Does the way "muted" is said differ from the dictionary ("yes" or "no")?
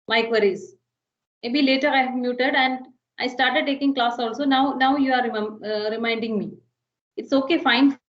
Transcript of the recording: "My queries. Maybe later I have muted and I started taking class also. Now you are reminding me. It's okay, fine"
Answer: no